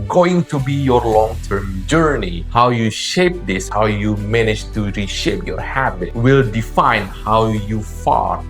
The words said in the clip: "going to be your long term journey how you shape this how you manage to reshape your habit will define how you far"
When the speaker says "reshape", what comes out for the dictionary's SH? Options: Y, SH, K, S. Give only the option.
SH